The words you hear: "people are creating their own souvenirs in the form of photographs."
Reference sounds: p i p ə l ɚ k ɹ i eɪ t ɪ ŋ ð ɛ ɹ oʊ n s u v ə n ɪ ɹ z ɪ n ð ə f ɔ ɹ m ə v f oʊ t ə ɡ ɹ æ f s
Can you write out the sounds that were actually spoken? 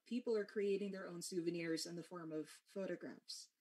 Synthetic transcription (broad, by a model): p i p l ɚ k ɹ i eɪ t ɪ ŋ ð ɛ ɹ oʊ n s u v ə n ɪ ɹ z ɪ n ð ə f ɔ ɹ m ə v f oʊ t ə ɡ ɹ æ f s